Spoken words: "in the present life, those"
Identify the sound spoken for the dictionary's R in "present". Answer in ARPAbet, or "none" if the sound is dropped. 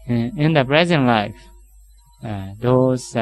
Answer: R